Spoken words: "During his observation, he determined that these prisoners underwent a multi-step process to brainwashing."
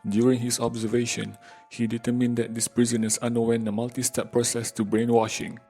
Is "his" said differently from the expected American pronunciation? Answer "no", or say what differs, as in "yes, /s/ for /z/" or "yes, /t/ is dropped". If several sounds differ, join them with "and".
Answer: yes, /s/ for /z/